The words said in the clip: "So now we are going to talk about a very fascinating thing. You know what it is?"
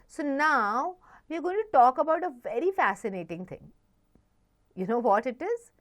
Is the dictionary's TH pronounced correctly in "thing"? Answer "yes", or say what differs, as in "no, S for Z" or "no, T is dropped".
no, T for TH